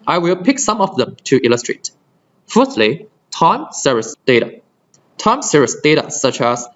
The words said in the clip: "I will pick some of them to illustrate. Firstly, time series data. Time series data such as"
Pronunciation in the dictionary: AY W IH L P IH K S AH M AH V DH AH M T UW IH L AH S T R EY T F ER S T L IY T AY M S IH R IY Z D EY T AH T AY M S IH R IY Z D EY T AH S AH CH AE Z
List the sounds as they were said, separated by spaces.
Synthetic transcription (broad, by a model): AY W IH L P IH K S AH M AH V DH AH M T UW IH L AH S T R EY T F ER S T L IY T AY M S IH R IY S D EY T AH T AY M S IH R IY S D EY T AH S AH CH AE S